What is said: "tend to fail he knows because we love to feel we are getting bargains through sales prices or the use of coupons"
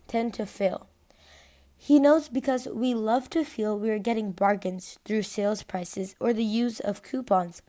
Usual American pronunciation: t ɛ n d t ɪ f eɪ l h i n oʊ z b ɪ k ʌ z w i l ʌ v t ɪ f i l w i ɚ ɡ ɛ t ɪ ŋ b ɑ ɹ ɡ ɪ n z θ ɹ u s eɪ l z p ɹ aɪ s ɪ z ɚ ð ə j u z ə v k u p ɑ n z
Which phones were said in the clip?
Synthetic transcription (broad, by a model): t ɛ n t ɪ f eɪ l h i n oʊ z b ɪ k ʌ z w i l ʌ v t ɪ f i l w i ɚ ɡ ɛ t ɪ ŋ b ɑ ɹ ɡ ɪ n z θ ɹ u s eɪ l z p ɹ aɪ s ɪ z ɚ ð ə j u z ə v k u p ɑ n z